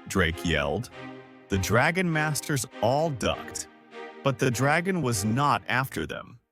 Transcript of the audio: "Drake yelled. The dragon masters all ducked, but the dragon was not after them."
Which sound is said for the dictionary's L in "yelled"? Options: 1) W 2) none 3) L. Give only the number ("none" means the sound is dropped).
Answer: 3